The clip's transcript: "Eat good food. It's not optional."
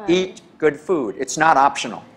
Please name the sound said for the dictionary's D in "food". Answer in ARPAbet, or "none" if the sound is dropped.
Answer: D